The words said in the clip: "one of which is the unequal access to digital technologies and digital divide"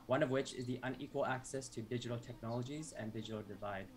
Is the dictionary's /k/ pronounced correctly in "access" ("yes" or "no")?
yes